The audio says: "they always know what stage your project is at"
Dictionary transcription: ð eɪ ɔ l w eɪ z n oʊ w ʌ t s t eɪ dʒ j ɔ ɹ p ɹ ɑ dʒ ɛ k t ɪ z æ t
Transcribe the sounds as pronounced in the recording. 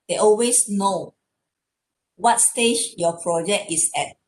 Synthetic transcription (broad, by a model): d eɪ ɔ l w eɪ s n oʊ w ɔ t s t eɪ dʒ j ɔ p ɹ ɑ dʒ ɛ k t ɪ s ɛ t